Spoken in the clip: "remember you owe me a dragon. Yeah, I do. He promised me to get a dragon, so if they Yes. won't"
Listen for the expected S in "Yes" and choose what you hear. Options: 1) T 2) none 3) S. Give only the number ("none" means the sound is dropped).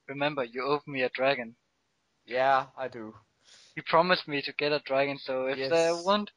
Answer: 2